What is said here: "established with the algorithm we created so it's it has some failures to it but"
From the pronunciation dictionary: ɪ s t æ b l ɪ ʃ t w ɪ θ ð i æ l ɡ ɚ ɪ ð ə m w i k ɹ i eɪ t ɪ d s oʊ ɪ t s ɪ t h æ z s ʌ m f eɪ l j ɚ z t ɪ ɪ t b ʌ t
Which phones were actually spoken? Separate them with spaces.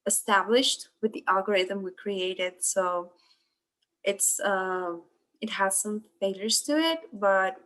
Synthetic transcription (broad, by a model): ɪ s t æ b l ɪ ʃ t w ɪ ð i æ l ɡ ɚ ɪ ð ə m w i k ɹ i eɪ t ɪ d s oʊ ɪ t s ɪ t h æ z s ʌ m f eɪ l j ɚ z t ɪ ɪ t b ʌ t